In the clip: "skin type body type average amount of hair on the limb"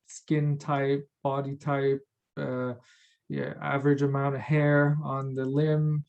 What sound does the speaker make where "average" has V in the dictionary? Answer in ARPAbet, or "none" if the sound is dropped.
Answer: V